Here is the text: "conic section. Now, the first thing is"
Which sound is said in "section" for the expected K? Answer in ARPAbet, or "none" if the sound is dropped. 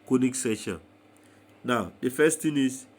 none